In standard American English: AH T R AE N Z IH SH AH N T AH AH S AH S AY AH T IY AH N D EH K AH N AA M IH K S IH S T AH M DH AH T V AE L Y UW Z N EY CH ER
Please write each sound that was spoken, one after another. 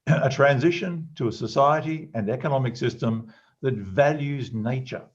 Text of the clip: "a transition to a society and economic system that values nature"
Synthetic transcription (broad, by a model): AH T R AE N Z IH SH AH N T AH AH S AH S AY AH T IY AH N EH K AH N AA M IH K S IH S T AH M DH AH T V AE L Y UW Z N EY CH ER